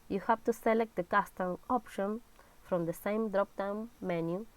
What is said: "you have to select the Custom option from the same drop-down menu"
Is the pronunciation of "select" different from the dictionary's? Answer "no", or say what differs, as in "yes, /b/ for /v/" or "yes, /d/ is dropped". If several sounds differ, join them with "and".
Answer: no